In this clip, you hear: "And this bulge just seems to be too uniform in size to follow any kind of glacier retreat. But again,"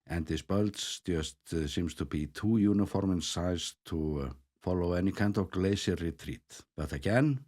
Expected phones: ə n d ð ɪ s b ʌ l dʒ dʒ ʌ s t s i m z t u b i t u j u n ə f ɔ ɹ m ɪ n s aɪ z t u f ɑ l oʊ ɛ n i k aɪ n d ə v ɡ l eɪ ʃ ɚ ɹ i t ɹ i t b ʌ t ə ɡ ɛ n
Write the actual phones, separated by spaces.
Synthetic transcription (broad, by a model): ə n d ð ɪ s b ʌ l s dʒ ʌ s t s i m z t u b i t u j u n ə f ɔ ɹ m ɪ n s aɪ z t u f ɑ l oʊ ɛ n i k aɪ n d ə v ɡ l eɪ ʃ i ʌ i t ɹ i t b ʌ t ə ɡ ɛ n